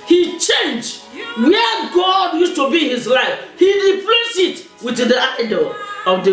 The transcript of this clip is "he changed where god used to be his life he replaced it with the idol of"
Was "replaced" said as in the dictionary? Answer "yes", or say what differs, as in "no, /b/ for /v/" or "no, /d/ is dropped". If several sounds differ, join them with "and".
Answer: no, /t/ is dropped